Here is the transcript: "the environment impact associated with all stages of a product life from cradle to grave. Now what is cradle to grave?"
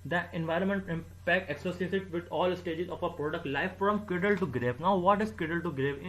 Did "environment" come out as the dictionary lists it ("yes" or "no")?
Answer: yes